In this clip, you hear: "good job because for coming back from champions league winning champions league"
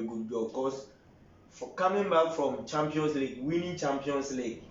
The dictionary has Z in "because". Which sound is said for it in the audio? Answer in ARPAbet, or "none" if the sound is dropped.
S